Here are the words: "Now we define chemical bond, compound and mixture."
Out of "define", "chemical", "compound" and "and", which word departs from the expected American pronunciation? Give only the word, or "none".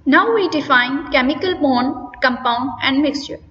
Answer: none